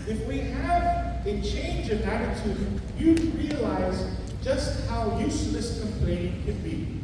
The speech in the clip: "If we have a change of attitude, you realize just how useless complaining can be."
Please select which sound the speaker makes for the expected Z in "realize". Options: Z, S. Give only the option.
Z